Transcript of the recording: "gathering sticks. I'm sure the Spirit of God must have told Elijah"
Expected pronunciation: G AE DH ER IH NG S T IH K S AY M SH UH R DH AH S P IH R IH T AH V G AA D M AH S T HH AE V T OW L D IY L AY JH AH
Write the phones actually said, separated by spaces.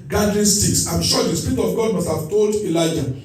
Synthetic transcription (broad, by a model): G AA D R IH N S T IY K S AY M SH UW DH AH S P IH R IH T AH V G AA D M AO S T HH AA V T OW L D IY L AY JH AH